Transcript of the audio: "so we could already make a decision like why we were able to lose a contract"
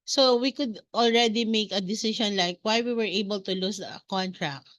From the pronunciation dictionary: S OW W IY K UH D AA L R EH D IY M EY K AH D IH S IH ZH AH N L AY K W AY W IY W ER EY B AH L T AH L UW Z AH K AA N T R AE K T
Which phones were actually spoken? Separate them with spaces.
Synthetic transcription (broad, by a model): S OW W IY K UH D AA L R EH D IY M EY K AH D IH S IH SH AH N L AY K W AY W IY W ER EY B AH L T AH L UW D AH K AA N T R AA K